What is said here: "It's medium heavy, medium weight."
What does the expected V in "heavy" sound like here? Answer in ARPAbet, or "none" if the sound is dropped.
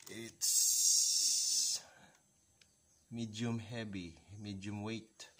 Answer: B